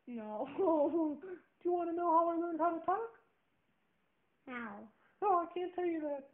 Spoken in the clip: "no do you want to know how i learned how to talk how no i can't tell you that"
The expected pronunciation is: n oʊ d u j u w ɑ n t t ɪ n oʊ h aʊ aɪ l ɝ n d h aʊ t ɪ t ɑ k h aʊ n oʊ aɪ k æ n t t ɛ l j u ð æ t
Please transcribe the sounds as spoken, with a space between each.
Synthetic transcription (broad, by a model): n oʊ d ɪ j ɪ w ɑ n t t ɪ n oʊ h aʊ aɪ n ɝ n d h aʊ t ɪ t ɑ k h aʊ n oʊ aɪ k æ n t t ɛ l j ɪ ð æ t